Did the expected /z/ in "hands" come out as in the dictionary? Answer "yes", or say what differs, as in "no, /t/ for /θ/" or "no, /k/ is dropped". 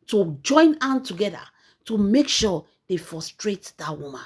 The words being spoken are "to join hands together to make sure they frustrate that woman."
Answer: no, /z/ is dropped